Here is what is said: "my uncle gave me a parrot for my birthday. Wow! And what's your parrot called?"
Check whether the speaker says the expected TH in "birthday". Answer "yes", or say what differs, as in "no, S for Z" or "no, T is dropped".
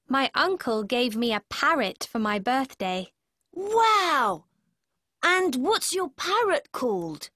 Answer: yes